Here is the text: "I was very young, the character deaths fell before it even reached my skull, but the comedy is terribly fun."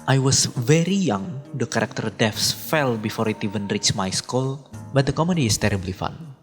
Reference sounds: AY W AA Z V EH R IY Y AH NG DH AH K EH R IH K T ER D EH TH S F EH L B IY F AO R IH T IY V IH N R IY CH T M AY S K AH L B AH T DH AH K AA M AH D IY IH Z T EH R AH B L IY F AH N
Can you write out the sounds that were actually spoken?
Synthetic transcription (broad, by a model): AY W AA S V EH R IY Y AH NG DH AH K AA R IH K T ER D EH F S F EH L B IY F AO R IH T IY V IH N R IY CH M AY S K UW L B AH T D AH K AA M AH D IY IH S T EH R AH B L IY F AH N